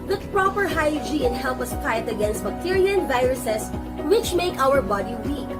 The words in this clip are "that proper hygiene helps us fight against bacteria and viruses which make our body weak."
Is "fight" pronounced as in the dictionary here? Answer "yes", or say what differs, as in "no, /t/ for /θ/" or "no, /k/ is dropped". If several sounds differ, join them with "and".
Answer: no, /p/ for /f/